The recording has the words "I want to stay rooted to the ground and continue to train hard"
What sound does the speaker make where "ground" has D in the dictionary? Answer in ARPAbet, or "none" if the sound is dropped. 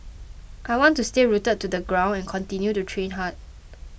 none